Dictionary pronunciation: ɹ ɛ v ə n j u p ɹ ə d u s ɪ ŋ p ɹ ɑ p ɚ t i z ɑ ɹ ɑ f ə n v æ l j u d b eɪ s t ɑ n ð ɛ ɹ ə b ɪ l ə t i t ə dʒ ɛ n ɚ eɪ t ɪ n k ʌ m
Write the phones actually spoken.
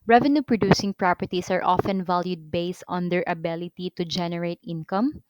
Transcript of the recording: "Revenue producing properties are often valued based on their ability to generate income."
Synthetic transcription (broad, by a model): ɹ ɛ v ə n j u p ɹ ə d u s ɪ ŋ p ɹ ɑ p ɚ t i s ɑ ɹ ɑ f ə n v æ l j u d b eɪ s t ɑ n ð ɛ ɹ ə b ɪ l ə t i t ə dʒ ɛ n ɚ eɪ t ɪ n k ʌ m